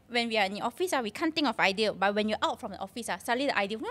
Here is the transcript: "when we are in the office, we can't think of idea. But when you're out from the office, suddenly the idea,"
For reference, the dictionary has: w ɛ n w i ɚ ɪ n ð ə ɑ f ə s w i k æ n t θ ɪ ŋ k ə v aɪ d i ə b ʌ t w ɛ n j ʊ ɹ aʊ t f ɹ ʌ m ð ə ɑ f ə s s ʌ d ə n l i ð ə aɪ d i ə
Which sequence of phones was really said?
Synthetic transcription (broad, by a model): w ɛ n w i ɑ ɪ n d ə ɑ f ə s w i k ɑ n t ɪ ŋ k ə f aɪ d i ə b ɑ t w ɛ n j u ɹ aʊ t f ɹ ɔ m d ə ɑ f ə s s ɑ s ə l i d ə aɪ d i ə